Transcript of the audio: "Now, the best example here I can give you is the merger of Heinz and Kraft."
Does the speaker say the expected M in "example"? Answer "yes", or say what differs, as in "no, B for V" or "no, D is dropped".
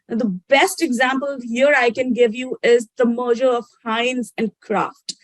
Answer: yes